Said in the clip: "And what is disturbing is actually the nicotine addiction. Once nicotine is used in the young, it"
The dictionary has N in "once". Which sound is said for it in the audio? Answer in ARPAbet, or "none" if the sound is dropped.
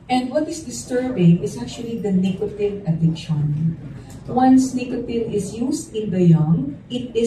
N